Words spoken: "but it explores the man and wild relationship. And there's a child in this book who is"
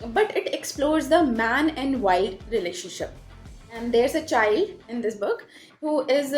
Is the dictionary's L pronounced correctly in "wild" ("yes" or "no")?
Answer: no